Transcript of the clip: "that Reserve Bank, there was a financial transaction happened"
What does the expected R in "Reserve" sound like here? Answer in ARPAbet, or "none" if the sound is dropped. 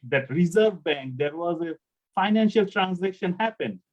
R